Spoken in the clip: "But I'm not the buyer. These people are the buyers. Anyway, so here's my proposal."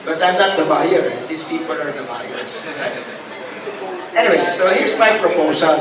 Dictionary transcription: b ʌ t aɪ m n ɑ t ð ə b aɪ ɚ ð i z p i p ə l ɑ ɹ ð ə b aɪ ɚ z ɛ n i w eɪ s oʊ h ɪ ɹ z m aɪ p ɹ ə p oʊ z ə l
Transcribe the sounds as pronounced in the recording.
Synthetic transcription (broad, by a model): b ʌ t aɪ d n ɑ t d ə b aɪ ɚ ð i s p i p ə l ɑ ɹ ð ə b aɪ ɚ s ɛ n i w eɪ s oʊ h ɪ ɹ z m aɪ p ɹ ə p oʊ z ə l